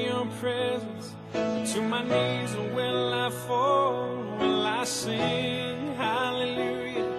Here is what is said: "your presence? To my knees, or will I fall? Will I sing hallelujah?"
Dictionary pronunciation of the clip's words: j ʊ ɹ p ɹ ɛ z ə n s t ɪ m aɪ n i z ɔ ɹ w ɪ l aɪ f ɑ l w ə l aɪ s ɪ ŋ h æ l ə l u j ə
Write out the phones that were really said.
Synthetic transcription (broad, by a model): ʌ p ɹ ɛ z ə n s t ɪ m aɪ n i z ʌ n w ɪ n aɪ f ɑ l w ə n aɪ s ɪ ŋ h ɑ l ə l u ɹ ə